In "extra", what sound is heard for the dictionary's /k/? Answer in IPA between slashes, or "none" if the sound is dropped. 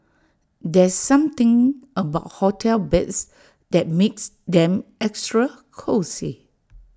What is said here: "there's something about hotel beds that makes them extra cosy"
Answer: /k/